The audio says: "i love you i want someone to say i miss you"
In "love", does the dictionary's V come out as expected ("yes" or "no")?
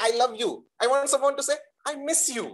yes